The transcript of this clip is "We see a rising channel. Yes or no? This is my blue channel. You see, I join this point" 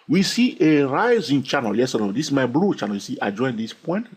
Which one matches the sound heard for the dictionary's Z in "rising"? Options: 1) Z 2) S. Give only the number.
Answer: 1